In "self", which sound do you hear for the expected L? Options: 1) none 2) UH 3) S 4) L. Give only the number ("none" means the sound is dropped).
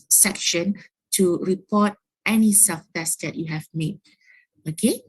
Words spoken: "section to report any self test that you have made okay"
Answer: 1